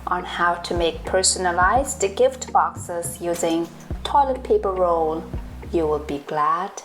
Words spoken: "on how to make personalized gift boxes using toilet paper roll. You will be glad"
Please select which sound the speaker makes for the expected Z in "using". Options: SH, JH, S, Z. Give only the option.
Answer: Z